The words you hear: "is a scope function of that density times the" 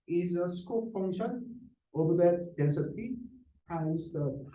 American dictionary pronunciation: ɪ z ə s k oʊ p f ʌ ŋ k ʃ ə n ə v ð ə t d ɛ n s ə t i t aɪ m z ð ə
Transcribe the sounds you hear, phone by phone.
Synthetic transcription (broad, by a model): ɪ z ə s k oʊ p f ʌ ŋ k ʃ ə n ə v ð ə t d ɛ s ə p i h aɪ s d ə